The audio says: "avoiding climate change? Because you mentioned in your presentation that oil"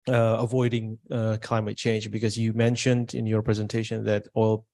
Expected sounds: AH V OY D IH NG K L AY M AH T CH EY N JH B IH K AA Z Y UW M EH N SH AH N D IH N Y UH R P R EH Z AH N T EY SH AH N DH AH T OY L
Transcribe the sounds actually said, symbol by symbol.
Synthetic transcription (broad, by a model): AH V OY D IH NG K L AY M AH T CH EY N JH B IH K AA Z Y UW M EH N SH AH N D IH N Y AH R P R EH Z AH N T EY SH AH N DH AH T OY L